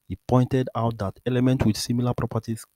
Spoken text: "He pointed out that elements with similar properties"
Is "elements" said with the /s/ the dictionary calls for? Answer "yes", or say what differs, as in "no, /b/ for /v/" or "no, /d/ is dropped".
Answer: no, /s/ is dropped